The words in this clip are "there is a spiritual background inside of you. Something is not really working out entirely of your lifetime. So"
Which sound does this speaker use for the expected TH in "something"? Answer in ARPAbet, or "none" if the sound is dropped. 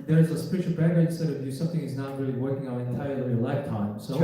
TH